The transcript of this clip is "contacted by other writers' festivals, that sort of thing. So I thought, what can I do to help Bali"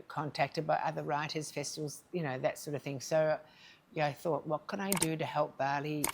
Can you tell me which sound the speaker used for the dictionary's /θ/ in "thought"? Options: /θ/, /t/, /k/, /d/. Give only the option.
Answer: /θ/